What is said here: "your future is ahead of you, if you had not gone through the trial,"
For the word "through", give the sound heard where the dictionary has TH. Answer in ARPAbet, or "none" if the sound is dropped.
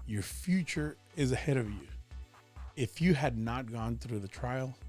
TH